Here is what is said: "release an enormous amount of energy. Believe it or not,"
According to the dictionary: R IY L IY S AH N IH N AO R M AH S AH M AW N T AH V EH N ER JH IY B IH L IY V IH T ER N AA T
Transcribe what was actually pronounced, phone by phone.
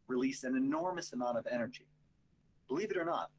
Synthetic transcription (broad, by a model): R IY L IY S AH N IH N AO R M AH S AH M AW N T AH V EH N ER JH IY B IH L IY V IH T ER N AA T